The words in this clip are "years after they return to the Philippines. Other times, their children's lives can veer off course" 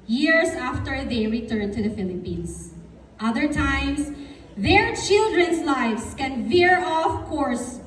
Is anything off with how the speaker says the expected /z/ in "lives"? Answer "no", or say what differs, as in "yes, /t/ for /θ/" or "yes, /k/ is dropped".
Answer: yes, /s/ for /z/